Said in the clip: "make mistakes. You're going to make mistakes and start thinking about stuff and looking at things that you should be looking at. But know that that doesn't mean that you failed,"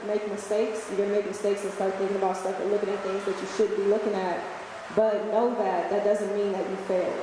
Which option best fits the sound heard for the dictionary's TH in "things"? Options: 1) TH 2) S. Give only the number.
1